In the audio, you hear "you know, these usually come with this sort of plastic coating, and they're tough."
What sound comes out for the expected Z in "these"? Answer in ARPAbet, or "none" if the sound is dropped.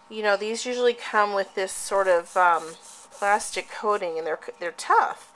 Z